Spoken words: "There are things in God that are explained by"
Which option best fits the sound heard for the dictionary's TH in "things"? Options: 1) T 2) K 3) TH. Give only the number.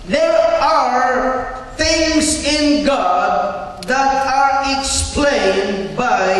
3